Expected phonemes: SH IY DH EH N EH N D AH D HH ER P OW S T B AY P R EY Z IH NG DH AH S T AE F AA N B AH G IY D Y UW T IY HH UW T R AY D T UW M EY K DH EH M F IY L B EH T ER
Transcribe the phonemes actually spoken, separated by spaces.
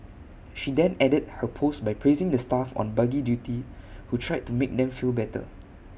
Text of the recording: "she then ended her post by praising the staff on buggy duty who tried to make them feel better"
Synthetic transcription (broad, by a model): SH IY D EH N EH D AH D HH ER P OW S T B AY P R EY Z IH NG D AH S T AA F AA N B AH G IY D Y UW T IY HH UW T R AY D T UW M EY K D EH M F IY L B EH T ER